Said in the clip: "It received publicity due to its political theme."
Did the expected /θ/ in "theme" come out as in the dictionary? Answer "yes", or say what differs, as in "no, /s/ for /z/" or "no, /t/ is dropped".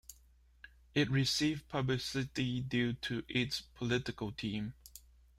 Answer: no, /t/ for /θ/